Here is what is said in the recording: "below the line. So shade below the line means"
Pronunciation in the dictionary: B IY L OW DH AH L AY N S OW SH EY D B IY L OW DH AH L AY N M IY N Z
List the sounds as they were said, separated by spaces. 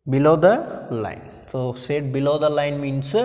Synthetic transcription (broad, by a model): B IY L OW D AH L AY N S OW S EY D B IY L OW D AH L AY N M IY N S